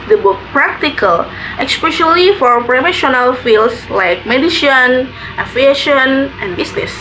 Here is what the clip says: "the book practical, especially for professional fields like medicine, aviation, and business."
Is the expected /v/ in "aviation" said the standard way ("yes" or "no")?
no